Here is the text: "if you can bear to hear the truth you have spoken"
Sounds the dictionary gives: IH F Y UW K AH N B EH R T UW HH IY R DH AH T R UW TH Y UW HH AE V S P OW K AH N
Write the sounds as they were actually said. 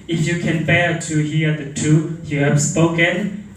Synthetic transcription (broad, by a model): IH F Y UW K AH N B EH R T UW HH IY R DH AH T UW Y UW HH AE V S P OW K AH N